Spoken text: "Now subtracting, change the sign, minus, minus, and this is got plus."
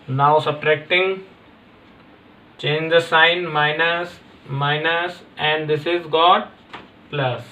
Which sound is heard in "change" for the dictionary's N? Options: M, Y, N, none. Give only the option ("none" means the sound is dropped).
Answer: N